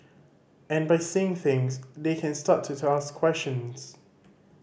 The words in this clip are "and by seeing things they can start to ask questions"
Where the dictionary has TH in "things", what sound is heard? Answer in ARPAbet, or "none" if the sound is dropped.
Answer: TH